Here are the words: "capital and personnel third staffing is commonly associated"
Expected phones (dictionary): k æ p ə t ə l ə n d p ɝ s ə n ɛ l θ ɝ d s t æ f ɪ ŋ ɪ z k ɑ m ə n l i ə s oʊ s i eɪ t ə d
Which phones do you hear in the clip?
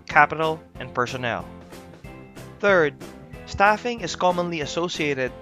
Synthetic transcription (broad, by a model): k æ p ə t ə l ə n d p ɝ s ə n ɛ l θ ɝ d s t æ f ɪ ŋ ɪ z k ɑ m ə n l i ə s oʊ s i eɪ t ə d